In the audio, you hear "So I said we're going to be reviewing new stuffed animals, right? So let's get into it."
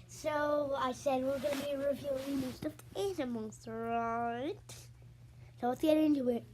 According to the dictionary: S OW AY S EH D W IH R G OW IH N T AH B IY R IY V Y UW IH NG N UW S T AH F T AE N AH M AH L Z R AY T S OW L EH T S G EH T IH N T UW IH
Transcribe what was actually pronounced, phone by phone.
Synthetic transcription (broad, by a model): S OW AY S EH D W IH R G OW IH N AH B IY R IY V Y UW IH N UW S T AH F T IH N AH M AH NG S R AY T S OW W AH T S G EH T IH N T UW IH